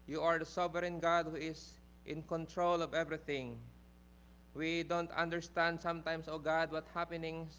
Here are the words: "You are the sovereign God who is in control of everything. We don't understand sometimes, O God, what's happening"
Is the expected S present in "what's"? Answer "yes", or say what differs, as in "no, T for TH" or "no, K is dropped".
no, S is dropped